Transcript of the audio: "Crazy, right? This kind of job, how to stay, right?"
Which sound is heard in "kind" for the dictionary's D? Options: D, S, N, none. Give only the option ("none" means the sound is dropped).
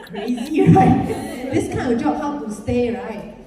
none